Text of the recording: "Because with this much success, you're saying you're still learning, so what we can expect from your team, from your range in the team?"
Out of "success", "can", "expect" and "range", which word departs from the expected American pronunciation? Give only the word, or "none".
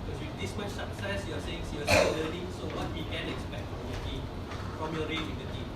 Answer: range